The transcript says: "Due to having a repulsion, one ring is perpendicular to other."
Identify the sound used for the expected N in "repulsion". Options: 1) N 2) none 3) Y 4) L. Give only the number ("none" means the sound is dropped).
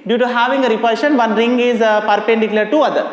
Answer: 1